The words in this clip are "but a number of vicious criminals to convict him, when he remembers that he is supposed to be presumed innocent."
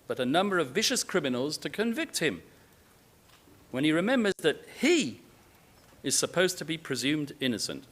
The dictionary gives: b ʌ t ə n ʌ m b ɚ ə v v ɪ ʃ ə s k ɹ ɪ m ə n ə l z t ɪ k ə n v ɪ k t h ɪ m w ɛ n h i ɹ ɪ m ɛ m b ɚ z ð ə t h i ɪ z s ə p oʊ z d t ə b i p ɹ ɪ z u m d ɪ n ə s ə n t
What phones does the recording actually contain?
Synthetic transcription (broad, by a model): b ʌ t ə n ʌ m b ɚ ə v v ɪ ʃ ə s k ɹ ɪ m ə n l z t ɪ k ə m v ɪ k t h ɪ m w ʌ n i ɹ ɪ m ɛ m b ɚ z ð ə t h i ɪ z s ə p oʊ z t ə b i p ɹ ɪ z u m d ɪ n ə s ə n t